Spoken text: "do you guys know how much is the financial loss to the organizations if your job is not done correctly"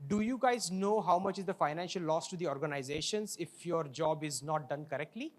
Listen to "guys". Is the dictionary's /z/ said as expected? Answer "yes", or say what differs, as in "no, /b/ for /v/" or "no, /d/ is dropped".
yes